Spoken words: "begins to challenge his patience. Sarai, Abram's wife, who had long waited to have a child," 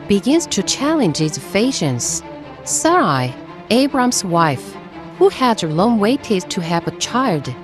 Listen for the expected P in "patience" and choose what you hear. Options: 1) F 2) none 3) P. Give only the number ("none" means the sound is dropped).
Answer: 1